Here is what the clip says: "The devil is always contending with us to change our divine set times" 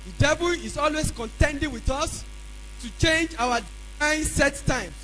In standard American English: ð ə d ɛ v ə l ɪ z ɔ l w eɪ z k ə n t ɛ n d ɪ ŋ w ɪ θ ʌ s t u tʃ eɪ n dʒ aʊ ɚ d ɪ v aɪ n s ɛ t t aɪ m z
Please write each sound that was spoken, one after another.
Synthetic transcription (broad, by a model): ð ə d ɛ v ə l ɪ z ɔ l w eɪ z k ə n t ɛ n d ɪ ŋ w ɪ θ ʌ s t u tʃ eɪ n dʒ aʊ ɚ d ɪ ɪ n s ɛ t t aɪ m